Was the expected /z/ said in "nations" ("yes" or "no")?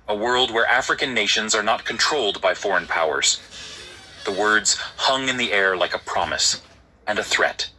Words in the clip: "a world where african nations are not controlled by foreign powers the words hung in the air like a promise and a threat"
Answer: yes